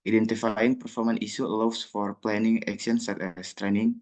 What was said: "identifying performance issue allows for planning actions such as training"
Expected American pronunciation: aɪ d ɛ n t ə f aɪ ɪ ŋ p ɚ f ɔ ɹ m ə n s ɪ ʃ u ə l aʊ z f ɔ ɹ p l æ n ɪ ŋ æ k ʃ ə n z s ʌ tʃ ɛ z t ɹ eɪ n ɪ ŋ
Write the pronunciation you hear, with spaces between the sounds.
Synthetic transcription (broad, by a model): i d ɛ n t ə f aɪ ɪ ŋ p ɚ f ɔ ɹ m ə n i s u l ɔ s f ɔ ɹ p l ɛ n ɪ ŋ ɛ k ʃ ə n s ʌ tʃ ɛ s t ɹ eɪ n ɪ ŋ